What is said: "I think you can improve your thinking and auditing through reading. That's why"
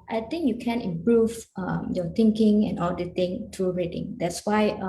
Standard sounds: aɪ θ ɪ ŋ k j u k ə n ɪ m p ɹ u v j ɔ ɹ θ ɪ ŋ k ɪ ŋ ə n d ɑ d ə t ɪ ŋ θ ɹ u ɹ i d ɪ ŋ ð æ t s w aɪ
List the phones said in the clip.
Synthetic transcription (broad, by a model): aɪ t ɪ ŋ k j u k ə n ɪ m p ɹ u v j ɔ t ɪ ŋ k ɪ ŋ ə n ɑ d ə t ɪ ŋ t ɹ u ɹ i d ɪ ŋ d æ t s w aɪ